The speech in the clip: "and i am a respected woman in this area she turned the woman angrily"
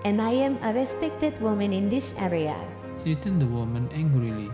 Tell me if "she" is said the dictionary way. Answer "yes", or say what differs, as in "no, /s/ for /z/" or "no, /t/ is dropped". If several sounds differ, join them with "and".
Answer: no, /s/ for /ʃ/